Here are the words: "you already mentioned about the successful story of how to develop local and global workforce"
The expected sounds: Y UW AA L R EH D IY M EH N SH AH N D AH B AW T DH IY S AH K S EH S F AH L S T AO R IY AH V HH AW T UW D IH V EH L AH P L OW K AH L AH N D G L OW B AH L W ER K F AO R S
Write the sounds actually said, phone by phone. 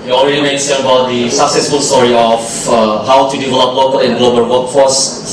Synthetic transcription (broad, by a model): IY AA L R EH D IY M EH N S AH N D AH B AW T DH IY S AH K S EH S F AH L S T AO R IY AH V HH AW T UW D IH V EH L AH P L OW K AH L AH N G L OW B AH L W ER K F AO S